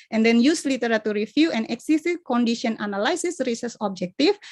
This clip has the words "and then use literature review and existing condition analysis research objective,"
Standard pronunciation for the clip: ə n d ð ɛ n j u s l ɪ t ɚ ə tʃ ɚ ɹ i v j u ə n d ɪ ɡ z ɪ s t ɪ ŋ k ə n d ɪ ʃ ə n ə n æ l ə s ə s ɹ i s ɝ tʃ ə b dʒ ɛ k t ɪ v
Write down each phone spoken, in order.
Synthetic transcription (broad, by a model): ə n d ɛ n j u s l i t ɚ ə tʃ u ɹ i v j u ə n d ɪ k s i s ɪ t k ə n d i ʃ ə n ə n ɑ l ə s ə s ɹ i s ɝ s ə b dʒ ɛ k t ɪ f